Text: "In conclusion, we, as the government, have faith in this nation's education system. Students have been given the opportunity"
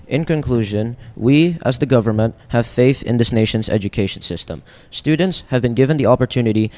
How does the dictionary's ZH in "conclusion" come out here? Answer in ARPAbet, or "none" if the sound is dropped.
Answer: ZH